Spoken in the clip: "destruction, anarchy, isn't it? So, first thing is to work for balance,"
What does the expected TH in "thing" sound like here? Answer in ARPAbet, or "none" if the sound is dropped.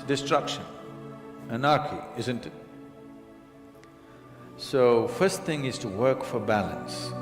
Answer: TH